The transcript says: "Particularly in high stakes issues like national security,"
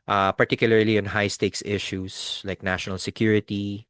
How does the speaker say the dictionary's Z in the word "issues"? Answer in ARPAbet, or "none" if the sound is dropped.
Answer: S